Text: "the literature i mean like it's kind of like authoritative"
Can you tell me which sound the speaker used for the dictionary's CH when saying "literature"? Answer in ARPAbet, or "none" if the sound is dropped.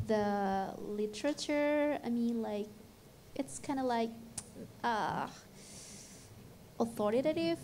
CH